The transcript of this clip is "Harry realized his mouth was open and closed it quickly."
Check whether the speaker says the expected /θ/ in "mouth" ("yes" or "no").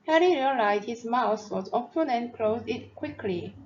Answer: no